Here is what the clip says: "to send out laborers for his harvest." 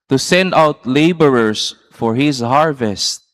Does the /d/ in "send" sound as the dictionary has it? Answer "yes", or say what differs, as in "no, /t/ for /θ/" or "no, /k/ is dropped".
yes